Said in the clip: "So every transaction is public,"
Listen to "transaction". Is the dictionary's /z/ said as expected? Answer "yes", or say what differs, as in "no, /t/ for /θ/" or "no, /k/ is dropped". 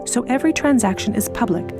yes